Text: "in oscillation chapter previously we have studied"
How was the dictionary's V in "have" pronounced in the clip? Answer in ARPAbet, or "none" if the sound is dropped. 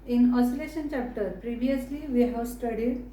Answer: W